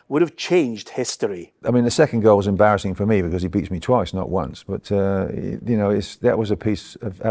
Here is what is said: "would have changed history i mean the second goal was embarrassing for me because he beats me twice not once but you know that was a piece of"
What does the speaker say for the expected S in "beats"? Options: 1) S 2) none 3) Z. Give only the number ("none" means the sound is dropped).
1